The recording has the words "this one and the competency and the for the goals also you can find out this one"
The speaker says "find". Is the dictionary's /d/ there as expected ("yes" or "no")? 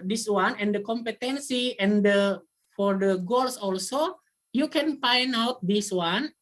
no